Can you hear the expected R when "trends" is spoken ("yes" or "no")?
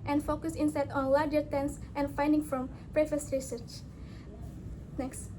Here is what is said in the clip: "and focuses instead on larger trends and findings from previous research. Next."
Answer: no